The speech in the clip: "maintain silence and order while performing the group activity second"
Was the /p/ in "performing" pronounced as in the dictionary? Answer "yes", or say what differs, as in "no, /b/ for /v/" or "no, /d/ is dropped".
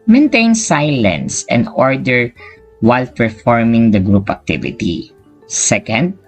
yes